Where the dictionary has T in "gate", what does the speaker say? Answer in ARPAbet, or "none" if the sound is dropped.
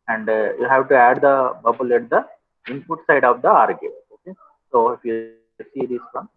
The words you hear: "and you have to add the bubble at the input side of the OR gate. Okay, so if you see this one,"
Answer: none